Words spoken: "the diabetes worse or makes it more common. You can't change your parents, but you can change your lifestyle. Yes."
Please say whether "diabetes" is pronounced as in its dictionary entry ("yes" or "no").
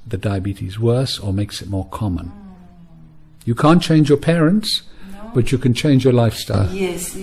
yes